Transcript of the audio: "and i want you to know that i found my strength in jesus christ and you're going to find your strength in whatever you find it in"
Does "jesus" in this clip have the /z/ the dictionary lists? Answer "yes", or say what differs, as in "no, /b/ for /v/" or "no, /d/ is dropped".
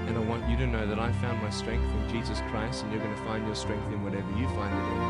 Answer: yes